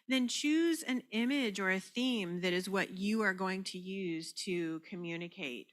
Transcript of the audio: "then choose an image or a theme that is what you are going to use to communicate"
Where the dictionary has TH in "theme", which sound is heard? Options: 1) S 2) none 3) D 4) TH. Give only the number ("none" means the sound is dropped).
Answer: 4